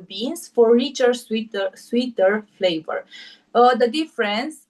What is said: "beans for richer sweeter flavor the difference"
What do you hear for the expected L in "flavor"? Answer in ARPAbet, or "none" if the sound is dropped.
L